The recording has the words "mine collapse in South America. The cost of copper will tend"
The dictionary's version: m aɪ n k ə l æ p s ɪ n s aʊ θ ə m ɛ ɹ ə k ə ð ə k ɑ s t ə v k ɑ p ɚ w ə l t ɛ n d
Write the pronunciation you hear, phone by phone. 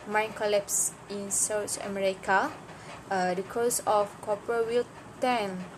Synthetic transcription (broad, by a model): m aɪ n k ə l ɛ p s ɪ n s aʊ t ə m ɛ ɹ ə k ə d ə k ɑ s ə f k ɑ p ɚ w ə l t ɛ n